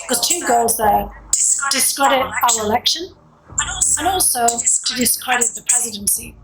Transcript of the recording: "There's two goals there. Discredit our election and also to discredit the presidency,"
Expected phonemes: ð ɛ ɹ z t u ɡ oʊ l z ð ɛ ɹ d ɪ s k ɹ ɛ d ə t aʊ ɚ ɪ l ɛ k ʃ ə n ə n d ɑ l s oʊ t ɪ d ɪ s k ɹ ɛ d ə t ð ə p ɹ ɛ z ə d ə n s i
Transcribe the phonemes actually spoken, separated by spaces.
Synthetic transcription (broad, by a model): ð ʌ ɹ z t u ɡ oʊ l z ð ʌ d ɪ s k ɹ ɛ d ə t aʊ ɚ ɪ l ɛ k ʃ ə n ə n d ɑ l s oʊ t ɪ d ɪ s k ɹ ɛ d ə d ð ə p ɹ ɛ z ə d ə n s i